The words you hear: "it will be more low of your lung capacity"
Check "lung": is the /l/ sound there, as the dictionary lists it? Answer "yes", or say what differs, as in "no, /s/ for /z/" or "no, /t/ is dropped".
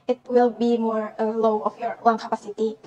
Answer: no, /w/ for /l/